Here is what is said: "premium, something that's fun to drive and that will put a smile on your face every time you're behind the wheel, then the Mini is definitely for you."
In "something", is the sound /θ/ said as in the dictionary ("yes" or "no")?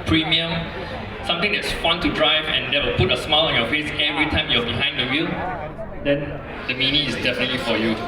no